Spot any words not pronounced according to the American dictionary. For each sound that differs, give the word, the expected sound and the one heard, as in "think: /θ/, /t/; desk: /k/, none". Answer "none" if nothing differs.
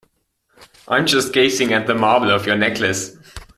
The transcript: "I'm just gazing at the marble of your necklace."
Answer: gazing: /z/, /s/